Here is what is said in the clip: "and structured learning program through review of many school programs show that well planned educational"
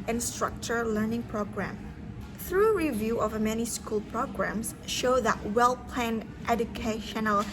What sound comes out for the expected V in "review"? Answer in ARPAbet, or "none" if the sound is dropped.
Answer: V